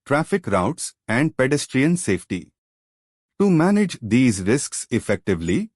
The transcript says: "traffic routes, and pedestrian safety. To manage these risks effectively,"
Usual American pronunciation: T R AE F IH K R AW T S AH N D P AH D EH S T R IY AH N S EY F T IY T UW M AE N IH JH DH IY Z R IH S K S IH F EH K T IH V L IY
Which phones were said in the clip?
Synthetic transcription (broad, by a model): T R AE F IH K R AW T S AH N D P AH D EH S T R IY AH N S EY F T IY T UW M AE N IH JH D IY Z R IH S K S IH F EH K T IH V L IY